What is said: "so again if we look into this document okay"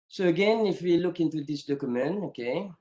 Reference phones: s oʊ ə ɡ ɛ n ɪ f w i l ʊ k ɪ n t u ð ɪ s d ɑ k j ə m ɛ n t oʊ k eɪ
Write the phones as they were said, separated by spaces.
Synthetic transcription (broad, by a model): s oʊ ə ɡ ɛ n ɪ f w i l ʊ k ɪ n t u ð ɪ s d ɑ k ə m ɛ n oʊ k eɪ